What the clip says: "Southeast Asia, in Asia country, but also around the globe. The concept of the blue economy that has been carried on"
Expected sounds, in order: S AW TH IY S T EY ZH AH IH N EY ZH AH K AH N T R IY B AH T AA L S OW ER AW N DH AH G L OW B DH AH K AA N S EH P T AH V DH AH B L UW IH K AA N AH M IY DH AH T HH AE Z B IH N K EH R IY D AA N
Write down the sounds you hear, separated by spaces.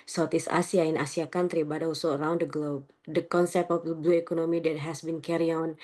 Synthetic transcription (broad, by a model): S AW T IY S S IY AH IH N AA S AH K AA N T R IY B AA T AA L S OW ER AW N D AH G L OW B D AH K AA N S EH P T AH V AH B UW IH K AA N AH M IY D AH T HH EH S B IH N K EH R IY AA N